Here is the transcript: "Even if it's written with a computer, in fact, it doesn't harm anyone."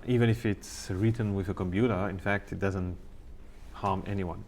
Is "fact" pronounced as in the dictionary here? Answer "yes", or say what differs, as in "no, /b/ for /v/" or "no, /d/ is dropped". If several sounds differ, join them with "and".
yes